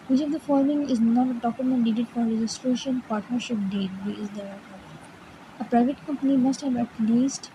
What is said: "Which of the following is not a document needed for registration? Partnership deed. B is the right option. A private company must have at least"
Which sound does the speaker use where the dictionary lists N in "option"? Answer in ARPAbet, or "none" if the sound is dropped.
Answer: none